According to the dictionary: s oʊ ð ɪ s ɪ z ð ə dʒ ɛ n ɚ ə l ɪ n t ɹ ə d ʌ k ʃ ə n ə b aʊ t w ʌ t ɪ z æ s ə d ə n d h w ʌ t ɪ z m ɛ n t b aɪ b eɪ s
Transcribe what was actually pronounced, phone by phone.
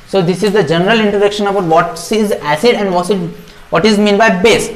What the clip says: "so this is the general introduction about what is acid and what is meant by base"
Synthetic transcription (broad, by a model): s oʊ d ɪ s ɪ z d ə dʒ ɛ n ɚ ə l ɪ n t ɹ ə d ʌ k ʃ ə n ə b aʊ t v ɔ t ɪ z æ s ə d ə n d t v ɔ t ɪ z m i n b aɪ b eɪ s